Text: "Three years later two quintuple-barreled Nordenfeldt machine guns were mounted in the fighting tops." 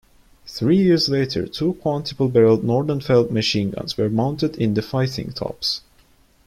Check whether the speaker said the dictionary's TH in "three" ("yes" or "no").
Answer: yes